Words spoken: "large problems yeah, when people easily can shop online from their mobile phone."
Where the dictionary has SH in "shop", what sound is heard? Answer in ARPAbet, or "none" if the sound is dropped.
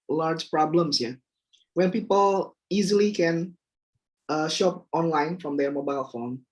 SH